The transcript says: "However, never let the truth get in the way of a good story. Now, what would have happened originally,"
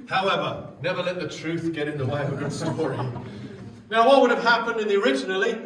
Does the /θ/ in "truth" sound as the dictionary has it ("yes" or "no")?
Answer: yes